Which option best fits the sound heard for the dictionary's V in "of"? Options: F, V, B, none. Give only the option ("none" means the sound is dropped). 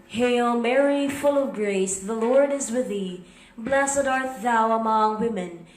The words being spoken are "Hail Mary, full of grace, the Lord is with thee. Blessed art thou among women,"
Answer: V